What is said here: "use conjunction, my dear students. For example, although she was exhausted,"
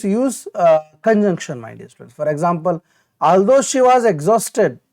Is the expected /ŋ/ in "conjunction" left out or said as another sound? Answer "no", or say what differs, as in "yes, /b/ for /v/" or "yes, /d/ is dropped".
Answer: no